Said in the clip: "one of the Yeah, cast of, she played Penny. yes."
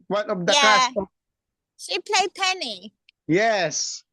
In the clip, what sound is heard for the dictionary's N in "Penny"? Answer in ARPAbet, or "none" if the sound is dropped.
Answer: N